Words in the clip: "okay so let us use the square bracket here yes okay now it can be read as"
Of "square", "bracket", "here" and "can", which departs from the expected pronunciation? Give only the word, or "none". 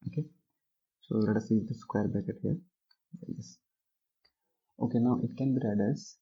bracket